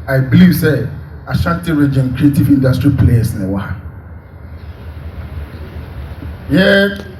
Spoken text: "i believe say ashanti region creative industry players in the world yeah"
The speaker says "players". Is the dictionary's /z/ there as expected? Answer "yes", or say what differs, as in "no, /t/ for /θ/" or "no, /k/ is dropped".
no, /s/ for /z/